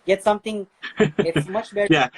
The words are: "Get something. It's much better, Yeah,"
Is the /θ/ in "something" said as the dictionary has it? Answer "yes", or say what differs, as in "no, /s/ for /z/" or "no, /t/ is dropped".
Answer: no, /t/ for /θ/